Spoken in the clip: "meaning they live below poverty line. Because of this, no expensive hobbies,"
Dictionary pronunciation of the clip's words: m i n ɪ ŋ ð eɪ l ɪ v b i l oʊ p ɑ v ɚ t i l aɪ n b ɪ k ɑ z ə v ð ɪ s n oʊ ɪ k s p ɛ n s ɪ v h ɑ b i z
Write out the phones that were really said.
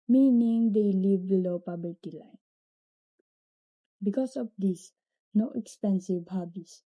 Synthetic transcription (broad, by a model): m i n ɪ ŋ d eɪ l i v b i l oʊ p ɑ b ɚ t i l aɪ n b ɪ k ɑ s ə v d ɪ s n oʊ ɪ k s p ɛ n s ɪ v h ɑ b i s